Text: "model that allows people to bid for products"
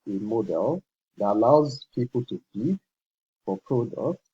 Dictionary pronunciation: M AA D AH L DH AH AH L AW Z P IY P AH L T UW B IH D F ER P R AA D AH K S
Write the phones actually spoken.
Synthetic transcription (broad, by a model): M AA D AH L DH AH AH L AW Z P IY P AH L T UW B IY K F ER P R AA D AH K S